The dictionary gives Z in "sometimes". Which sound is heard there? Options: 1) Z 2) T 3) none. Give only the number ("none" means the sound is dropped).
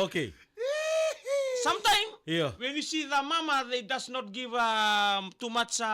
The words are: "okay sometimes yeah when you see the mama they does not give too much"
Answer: 3